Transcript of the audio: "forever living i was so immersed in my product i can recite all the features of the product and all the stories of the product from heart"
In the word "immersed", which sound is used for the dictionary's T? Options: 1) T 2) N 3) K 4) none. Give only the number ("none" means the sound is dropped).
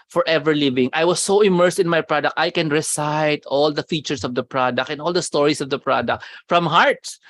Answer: 1